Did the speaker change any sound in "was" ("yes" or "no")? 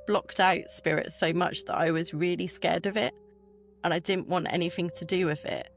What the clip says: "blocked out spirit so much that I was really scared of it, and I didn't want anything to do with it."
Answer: no